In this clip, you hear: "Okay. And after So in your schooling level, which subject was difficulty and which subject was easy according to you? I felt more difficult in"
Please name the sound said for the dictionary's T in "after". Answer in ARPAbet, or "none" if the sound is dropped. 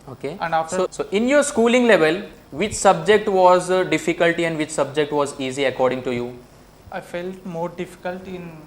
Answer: S